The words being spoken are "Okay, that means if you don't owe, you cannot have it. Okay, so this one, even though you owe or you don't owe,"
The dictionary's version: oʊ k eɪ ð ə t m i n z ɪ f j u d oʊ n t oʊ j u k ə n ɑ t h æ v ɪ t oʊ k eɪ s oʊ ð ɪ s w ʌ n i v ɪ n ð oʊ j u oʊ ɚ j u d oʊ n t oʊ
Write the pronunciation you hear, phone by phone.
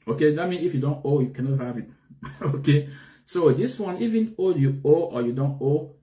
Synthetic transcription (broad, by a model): oʊ k eɪ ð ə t m i n ɪ f j u d oʊ n t oʊ j u k ə n ɑ t h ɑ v ɪ t oʊ k eɪ s oʊ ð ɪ s w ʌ n i v ɪ n oʊ j u oʊ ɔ j u d oʊ n t oʊ